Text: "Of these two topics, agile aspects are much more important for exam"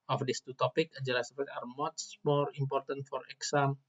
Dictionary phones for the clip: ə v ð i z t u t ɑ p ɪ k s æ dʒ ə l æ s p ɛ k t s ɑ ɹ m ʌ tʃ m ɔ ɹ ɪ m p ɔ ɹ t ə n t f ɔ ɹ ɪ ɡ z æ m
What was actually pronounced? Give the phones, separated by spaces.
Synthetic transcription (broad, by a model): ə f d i s t u t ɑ p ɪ k ɑ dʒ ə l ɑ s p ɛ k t ɑ ɹ m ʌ tʃ m ɔ ɹ ɪ m p ɔ ɹ t ə n t f ɔ ɹ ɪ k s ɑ m